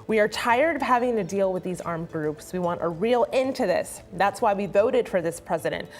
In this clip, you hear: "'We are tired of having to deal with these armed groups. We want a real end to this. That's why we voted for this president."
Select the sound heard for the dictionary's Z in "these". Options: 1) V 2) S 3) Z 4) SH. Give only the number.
3